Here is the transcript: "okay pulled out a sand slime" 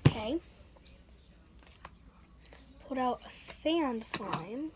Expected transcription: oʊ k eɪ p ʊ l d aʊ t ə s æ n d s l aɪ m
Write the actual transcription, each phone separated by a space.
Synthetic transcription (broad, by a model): k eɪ p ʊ d aʊ t ə s æ n d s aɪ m